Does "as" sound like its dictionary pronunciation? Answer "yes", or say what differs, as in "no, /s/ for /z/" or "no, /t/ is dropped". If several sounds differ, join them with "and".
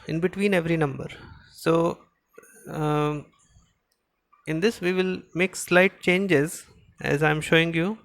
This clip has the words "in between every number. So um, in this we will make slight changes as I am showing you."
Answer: yes